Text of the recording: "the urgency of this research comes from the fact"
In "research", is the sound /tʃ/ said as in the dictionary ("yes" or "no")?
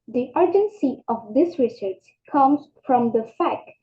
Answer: no